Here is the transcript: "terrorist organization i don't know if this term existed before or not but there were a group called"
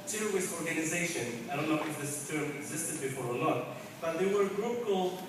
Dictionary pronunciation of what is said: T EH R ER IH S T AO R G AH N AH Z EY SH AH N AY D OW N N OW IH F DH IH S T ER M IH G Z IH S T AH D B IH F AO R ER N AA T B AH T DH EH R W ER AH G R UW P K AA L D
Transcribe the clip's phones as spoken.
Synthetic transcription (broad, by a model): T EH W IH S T AO R G AH N AH Z EY SH AH N AY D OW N N OW IH F DH IH S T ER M IH G Z IH S T AH D B IH F AO R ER L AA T B AH T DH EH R W ER AH G R UW P K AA L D